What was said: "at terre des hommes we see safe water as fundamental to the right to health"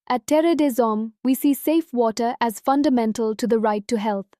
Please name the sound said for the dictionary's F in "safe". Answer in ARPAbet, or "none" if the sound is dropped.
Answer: F